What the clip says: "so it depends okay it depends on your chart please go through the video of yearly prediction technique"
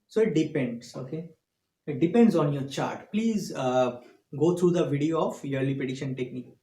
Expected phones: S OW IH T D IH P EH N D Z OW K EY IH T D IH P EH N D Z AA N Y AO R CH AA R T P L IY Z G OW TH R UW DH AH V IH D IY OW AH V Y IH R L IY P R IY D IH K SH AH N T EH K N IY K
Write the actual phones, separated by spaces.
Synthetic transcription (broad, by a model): S OW IH T D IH P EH N D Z OW K EY IH T D IH P EH N D Z AA N Y AO R CH AA R T P L IY Z G OW T R UW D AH V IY D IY OW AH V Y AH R L IY P IY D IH SH AH N T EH K N IY K